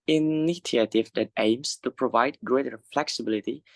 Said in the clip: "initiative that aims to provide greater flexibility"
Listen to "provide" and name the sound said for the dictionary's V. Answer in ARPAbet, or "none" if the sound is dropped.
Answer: V